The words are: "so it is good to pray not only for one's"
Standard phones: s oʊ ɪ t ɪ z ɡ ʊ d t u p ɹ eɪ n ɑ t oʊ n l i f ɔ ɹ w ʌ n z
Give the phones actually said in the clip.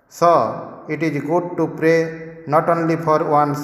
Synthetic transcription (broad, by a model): s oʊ ɪ t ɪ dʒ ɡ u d t u p ɹ eɪ n ɑ t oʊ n l i p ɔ ɹ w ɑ n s